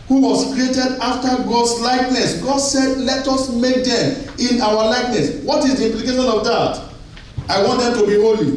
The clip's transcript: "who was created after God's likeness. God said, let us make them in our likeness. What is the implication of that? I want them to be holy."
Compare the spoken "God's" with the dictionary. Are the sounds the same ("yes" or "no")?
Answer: no